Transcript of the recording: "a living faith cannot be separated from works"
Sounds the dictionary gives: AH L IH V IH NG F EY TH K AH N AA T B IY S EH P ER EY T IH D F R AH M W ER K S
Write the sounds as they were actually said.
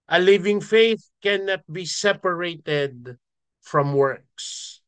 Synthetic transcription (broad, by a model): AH L IH V IH NG F EY TH K AH N AA T B IY S EH P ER EY T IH D F R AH M W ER K S